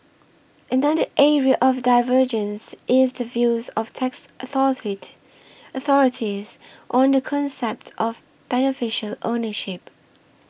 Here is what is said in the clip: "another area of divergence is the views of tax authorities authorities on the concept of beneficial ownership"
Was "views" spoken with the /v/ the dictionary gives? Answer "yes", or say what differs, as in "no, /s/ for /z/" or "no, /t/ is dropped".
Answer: yes